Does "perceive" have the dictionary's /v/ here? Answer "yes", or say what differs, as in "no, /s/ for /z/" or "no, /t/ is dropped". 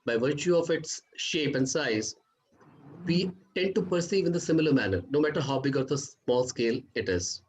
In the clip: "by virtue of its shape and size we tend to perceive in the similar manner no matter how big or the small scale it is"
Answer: yes